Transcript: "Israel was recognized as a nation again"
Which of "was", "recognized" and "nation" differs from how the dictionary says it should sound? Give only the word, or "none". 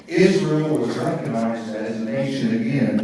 none